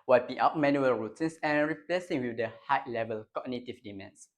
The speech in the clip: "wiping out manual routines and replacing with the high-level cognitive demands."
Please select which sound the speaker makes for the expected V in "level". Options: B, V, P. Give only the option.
V